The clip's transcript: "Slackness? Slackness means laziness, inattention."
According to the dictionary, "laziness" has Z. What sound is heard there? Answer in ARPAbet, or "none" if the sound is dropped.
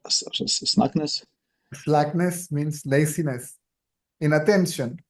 S